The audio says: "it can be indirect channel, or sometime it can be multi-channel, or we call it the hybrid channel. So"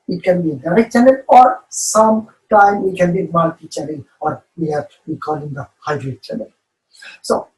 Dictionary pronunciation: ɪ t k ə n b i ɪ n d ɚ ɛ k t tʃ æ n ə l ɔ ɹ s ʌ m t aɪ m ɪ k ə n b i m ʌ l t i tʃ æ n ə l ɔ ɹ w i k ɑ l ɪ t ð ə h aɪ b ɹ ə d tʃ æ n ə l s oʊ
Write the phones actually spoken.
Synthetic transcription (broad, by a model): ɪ t k ə n b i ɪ d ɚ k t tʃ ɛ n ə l ɔ ɹ s ʌ m t aɪ m ɪ k ə n b i m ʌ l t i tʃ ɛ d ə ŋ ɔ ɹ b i k ɑ l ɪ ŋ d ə h aɪ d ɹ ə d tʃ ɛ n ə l s oʊ